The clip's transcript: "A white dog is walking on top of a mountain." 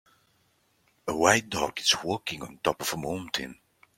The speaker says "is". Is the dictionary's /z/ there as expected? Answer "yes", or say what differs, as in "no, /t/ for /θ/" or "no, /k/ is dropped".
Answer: no, /s/ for /z/